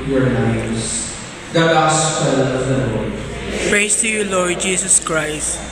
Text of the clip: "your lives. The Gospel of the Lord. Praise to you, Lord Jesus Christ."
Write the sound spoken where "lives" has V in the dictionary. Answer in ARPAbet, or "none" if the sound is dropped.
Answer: none